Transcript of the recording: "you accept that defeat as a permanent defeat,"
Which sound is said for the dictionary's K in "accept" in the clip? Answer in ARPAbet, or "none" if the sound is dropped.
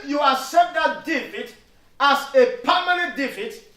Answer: none